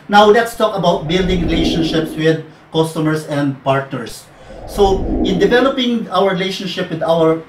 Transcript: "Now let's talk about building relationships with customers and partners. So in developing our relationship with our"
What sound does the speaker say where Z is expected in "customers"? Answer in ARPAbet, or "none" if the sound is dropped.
S